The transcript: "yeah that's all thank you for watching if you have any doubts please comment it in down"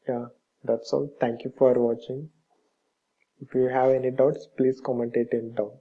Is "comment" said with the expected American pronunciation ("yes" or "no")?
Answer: yes